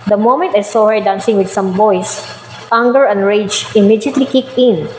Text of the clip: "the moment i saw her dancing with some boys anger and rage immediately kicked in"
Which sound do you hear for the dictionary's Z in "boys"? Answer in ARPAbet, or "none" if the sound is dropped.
S